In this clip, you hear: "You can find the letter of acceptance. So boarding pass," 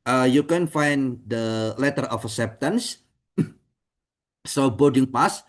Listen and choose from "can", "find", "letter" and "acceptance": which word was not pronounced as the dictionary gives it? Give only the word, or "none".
acceptance